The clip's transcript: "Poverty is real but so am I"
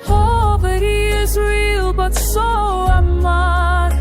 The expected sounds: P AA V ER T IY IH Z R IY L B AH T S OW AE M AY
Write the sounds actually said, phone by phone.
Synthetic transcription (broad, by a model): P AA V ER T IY IH Z R IY L B AH T S OW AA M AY